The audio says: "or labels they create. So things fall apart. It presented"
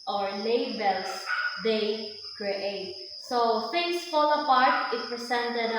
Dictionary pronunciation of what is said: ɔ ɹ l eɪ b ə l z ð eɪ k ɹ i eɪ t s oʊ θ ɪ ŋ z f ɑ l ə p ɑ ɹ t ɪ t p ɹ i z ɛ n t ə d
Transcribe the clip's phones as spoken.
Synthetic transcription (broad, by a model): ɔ ɹ l eɪ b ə l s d eɪ k ɹ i eɪ t s oʊ f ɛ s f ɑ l ə p ɑ ɹ t ɪ t p ɹ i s ɛ n t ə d